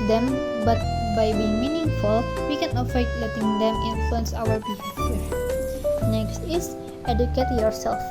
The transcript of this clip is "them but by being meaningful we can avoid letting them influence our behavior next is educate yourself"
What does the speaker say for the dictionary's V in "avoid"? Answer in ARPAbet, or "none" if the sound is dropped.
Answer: F